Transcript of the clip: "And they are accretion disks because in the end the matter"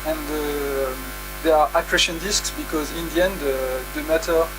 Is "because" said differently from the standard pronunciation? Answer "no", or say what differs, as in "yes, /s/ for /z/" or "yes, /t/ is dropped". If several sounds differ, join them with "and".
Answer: no